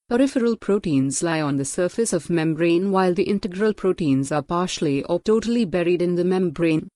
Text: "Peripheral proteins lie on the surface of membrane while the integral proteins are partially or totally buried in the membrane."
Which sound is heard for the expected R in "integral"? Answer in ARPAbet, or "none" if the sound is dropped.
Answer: R